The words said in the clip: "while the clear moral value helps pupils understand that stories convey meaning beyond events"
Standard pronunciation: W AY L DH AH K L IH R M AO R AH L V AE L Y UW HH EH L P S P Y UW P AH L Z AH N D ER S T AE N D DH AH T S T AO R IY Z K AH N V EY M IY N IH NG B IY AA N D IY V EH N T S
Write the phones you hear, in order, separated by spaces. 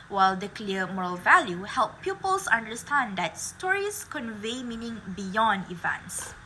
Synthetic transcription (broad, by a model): W AY L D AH K L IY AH M AO R AH L V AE L Y UW HH EH L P P Y UW P AH L S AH N D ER S T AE N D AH T S T AO R IY S K AH N V EY M IY N IH NG B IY AA N D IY V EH N T S